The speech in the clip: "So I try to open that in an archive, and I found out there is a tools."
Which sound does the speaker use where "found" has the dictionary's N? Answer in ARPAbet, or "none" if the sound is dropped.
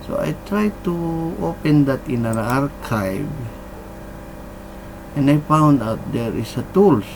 N